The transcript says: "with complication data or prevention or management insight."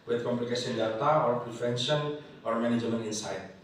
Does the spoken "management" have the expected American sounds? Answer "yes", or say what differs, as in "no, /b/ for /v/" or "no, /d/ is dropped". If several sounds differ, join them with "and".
no, /t/ is dropped